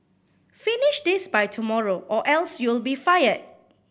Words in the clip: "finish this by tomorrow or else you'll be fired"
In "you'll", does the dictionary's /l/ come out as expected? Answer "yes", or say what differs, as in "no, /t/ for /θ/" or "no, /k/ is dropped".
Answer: yes